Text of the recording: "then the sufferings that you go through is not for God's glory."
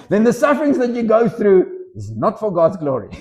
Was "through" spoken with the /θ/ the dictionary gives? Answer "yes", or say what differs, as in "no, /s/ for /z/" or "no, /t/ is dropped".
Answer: yes